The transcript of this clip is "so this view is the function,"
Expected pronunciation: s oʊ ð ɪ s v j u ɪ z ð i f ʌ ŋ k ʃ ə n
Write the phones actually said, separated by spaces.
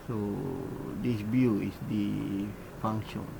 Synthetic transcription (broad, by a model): s oʊ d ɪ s b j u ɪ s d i f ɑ ŋ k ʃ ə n